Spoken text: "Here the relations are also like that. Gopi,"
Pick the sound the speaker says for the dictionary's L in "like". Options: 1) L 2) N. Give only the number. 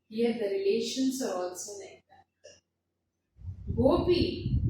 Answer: 2